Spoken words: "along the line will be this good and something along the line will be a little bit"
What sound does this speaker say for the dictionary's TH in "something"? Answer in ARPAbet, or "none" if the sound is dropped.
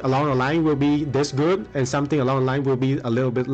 T